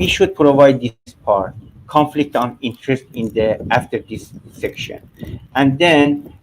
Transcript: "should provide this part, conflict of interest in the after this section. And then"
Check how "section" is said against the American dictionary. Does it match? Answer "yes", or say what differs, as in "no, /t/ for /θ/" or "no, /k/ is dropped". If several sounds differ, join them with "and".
yes